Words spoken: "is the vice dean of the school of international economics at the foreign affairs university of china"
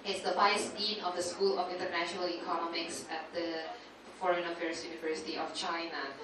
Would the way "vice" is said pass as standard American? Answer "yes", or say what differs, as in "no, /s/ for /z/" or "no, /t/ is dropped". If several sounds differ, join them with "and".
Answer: no, /b/ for /v/